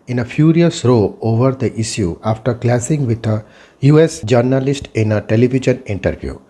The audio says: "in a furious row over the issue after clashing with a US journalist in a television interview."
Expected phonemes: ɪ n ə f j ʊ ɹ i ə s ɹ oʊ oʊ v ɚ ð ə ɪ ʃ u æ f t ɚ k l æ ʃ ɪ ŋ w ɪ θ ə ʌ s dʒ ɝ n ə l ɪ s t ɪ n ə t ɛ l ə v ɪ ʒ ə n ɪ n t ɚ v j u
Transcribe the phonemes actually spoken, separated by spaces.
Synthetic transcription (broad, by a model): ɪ n ə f j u ɹ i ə s ɹ oʊ oʊ v ɚ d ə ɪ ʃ u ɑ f t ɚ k l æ s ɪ ŋ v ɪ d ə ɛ s dʒ ɝ n ə l ɪ s t ɪ n ə t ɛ l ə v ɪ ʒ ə n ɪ n t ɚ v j u